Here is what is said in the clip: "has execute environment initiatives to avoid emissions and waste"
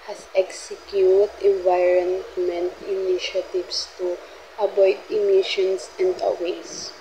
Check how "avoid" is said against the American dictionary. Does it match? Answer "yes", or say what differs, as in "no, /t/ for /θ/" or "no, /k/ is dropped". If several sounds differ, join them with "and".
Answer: no, /b/ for /v/